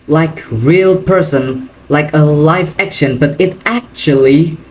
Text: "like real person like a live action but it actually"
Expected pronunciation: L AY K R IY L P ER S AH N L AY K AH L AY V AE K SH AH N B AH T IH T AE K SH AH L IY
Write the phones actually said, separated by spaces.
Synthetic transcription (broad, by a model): L AY K R IY L P ER S AH N L AY K AH L AY F AE K SH AH N B AH T IH T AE K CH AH L IY